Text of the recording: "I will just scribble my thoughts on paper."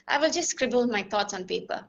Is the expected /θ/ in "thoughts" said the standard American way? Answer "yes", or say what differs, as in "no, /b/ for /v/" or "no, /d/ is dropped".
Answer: no, /t/ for /θ/